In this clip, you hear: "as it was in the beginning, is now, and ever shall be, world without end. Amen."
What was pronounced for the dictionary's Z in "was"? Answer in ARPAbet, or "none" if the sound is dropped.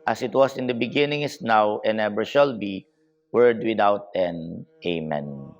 S